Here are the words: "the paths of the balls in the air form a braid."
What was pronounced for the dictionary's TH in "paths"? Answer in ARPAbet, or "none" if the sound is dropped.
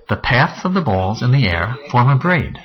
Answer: TH